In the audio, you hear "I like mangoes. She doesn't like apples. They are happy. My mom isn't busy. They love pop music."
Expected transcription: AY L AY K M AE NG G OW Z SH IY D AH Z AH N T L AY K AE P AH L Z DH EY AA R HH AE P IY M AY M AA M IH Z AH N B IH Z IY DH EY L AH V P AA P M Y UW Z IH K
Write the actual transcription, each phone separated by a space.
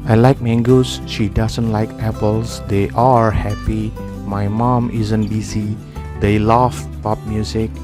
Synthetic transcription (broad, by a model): AY L AY K M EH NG G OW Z SH IY D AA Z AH N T L AY K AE P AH L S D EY AA R HH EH P IY M AY M AA M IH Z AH N B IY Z IY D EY L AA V P AA P M Y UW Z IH K